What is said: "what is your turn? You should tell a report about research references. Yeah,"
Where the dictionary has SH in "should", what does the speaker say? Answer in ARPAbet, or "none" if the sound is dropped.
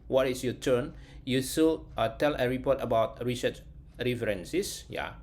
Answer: S